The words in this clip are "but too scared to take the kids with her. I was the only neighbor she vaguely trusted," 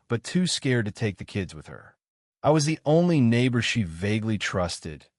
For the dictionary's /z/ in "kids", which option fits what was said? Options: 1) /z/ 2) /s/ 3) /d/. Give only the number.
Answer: 1